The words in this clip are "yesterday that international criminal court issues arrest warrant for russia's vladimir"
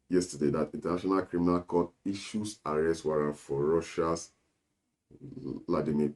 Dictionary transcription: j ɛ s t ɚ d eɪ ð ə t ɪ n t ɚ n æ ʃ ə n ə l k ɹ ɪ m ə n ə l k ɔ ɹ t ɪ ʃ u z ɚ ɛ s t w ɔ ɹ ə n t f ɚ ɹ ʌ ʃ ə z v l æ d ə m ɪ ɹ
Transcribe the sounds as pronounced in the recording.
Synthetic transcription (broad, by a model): j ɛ s t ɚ d eɪ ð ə t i n t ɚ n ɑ ʃ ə n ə l k ɹ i m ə n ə l k ɔ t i ʃ u s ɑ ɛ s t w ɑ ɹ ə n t f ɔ ɹ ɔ ʃ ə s l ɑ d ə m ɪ